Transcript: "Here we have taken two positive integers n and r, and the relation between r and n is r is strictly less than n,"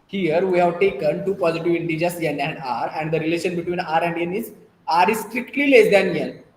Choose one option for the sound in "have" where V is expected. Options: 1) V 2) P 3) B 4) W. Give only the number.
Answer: 1